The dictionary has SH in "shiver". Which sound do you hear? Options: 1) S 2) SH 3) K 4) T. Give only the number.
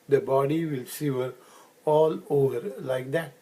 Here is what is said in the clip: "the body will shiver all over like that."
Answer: 1